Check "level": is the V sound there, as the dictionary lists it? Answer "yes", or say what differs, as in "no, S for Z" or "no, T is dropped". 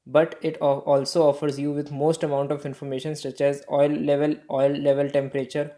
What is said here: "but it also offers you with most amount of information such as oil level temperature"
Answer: yes